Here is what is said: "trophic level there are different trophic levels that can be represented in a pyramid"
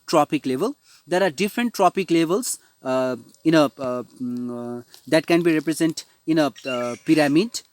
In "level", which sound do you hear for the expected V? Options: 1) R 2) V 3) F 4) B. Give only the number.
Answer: 2